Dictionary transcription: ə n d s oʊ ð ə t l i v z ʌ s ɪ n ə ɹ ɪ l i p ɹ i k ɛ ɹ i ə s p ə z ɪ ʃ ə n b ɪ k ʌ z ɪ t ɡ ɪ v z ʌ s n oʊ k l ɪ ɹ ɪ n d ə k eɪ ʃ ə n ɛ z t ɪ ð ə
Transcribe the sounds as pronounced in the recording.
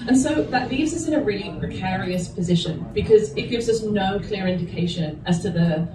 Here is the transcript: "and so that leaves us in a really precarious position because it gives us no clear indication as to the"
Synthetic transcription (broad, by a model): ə n s oʊ ð ə t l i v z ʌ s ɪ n ə ɹ ɪ l i p ɹ i k ɛ ɹ i ə s p ə z ɪ ʃ ə n b ɪ k ʌ z ɪ t ɡ ɪ v z ʌ s n oʊ k l ɪ ɹ ɪ n d ə k eɪ ʃ ə n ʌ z t ɪ ð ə